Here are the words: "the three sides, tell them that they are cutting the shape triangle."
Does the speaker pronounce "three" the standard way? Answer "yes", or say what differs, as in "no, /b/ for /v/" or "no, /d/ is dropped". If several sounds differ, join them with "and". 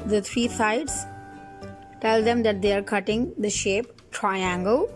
no, /t/ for /θ/